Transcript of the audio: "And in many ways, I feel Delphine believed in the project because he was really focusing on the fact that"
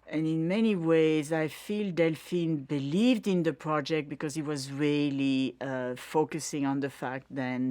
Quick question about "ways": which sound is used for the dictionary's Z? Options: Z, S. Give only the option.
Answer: Z